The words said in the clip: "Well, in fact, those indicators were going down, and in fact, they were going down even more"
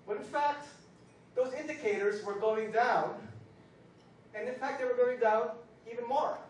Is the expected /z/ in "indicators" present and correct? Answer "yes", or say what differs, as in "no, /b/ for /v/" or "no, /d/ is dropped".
yes